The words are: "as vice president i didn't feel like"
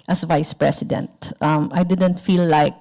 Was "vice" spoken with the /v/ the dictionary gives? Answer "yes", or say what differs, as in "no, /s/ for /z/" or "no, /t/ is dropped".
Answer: yes